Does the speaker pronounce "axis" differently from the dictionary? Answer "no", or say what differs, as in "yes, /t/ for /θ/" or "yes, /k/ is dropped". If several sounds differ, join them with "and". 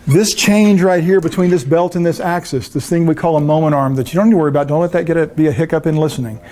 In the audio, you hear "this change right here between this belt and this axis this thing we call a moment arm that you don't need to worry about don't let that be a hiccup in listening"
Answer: no